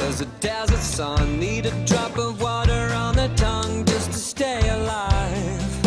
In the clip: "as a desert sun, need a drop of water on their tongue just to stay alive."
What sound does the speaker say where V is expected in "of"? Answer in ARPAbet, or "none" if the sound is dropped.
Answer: V